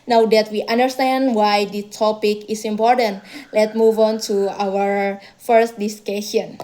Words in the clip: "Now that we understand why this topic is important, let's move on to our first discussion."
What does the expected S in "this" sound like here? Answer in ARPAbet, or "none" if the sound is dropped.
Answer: none